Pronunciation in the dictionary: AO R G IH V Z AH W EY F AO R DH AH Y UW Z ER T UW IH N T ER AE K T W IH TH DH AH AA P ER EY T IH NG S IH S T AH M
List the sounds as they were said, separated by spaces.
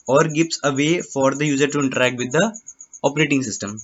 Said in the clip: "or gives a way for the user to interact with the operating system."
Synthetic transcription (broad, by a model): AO R G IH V S AH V EY F AO R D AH Y UW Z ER T UW IH N T ER AE K T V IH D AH AA P ER EY T IH NG S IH S T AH M